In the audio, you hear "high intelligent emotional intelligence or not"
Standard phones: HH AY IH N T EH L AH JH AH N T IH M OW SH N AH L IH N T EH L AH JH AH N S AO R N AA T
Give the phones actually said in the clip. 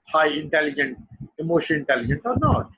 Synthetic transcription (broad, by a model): HH AY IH N T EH L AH JH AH N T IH M OW SH AH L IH N T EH L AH JH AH N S AO R N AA T